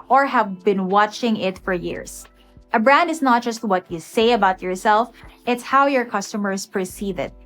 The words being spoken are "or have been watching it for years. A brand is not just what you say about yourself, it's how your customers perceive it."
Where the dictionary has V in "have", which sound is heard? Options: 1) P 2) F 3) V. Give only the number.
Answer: 3